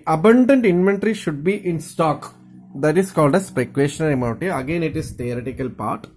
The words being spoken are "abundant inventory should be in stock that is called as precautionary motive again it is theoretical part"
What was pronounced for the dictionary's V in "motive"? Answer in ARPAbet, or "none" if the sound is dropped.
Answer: none